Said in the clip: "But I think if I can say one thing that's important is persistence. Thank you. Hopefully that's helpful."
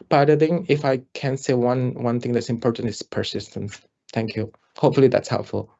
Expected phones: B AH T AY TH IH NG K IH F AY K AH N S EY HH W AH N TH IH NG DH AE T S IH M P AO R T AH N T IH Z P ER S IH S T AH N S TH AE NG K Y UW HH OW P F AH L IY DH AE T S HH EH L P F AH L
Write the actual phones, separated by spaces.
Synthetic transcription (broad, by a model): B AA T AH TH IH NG IH F AY K AH N S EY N W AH N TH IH NG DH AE T S IH M P AO R T AH N T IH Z P ER S IH S T AH N S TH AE NG K Y UW HH OW P F AH L IY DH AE T S HH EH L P F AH L